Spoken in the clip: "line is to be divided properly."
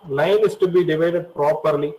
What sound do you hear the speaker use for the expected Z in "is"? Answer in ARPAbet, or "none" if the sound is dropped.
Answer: S